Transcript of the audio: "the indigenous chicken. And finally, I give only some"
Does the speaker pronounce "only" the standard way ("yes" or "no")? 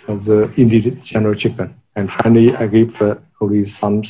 no